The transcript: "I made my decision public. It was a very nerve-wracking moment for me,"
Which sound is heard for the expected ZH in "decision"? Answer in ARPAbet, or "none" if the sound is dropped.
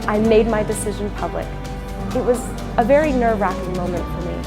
ZH